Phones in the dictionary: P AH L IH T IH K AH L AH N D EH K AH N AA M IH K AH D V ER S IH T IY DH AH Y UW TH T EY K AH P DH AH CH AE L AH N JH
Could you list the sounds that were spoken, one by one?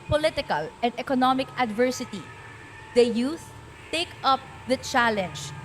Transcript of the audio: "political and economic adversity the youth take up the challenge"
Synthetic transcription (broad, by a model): P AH L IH T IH K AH L AH N D EH K AH N AA M IH K AH D V ER S IH T IY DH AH Y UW S T EY K AH P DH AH CH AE L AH N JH